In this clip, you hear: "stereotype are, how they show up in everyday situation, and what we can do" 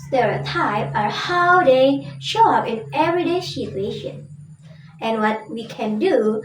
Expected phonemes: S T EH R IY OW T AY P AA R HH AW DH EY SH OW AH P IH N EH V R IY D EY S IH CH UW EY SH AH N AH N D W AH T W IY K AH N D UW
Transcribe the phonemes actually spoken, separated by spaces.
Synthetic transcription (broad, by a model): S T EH R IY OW T AY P AA R HH AW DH EY SH OW AH P IH N EH V R IY D EY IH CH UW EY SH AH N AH N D W AH T W IY K AH N D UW